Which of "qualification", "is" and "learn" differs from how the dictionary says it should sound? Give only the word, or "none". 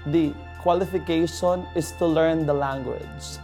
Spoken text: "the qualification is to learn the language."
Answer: is